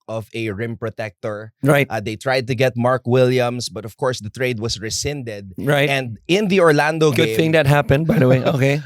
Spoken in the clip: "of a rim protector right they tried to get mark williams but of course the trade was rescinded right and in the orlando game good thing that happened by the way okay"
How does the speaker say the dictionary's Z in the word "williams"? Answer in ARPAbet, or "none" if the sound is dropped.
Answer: S